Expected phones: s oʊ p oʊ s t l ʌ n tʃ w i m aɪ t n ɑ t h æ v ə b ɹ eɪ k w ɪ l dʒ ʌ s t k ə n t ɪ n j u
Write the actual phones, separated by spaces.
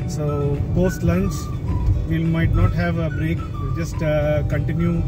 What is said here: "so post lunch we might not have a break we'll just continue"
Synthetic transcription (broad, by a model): s oʊ b oʊ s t l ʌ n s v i m aɪ t n ɑ t h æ v ə b ɹ eɪ k dʒ ʌ s t k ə n t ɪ n j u